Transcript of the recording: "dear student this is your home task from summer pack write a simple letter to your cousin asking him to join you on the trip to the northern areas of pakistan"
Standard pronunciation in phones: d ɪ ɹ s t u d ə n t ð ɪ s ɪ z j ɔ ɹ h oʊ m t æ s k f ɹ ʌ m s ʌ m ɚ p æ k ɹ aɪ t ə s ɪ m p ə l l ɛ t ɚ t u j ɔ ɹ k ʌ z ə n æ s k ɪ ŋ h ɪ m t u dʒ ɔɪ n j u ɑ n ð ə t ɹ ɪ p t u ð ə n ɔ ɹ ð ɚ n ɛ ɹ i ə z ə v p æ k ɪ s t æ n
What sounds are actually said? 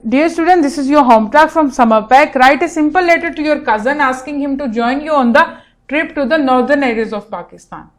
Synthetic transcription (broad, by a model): d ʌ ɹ s t u d ə n t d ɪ s ɪ z j ɔ ɹ h oʊ m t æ k f ɹ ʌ m s ʌ m ɚ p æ k ɹ aɪ t ə s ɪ m p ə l l ɛ t ɚ t u j ɔ ɹ k ʌ z ə n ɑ s k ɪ ŋ h ɪ m t u dʒ ɔɪ n j u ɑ n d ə t ɹ ɪ p t u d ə n ɔ ɹ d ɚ n ɛ ɹ i ə z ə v p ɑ k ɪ s t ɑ n